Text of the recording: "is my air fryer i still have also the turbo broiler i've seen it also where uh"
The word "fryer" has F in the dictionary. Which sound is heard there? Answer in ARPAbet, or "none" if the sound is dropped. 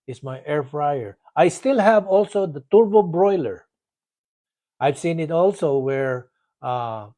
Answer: F